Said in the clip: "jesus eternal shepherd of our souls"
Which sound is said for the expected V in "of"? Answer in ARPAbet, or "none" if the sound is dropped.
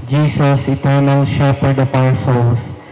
P